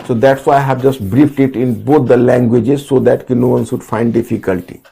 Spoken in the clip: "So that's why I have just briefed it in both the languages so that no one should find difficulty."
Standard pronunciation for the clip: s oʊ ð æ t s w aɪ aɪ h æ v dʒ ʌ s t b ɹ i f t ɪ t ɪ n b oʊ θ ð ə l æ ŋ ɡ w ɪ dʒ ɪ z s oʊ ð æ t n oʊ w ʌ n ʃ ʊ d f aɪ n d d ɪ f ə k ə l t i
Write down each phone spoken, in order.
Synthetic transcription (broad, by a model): s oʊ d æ t s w aɪ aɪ h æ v dʒ ʌ s t b ɹ i f t ɪ t ɪ n b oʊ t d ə l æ ŋ ɡ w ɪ dʒ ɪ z s oʊ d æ t n oʊ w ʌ n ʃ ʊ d f aɪ n d d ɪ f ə k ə l t i